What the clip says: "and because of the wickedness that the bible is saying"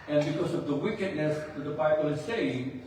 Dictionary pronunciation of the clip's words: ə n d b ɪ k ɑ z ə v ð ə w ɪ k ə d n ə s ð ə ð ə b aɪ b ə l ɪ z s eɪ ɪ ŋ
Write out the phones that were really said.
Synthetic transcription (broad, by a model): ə n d b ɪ k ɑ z ə v ð ə w ɪ k ə d n ə s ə ð ə b aɪ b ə l ɪ z s eɪ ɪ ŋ